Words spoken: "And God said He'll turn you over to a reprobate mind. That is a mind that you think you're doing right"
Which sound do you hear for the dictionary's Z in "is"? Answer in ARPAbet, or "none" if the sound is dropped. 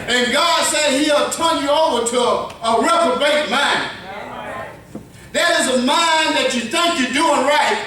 Z